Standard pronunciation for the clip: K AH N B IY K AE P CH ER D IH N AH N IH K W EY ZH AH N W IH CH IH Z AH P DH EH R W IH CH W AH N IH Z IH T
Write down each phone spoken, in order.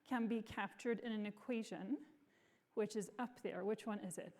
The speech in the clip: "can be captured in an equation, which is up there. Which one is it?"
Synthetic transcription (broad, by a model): K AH N B IY K AE P CH ER D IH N AH N IH K W EY ZH AH N W IH CH IH Z AH P DH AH R W IH CH W AH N IH Z IH T